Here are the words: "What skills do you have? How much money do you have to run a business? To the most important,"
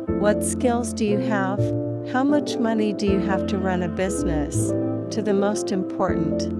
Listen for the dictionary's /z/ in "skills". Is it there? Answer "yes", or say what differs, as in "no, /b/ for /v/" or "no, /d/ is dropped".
yes